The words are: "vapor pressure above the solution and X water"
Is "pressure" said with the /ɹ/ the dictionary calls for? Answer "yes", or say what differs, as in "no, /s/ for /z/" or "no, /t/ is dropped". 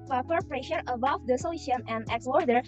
yes